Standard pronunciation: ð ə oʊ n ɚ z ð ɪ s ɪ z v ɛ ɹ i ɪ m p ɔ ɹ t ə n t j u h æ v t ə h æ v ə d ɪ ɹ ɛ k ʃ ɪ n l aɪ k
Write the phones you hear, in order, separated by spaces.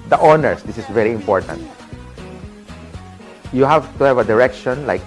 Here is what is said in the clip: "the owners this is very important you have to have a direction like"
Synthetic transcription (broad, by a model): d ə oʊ n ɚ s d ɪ s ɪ s v ɛ ɹ i ɪ m p ɔ ɹ t ə n t j u h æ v t ə h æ v ə d ɪ ɹ ɛ k ʃ ɪ n l aɪ k